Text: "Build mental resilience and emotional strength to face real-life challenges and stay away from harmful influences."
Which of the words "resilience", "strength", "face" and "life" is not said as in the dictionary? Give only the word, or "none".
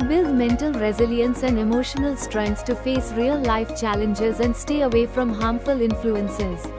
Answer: strength